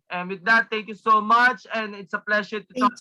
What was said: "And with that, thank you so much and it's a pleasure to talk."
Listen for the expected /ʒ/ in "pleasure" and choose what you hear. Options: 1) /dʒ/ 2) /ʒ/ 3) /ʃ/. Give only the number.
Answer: 3